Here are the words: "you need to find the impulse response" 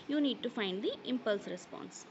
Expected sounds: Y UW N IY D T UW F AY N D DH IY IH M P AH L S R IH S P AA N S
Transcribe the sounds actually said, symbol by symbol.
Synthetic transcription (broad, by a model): Y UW N IY D T UW F AY N D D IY IH M P AH L S R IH S P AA N S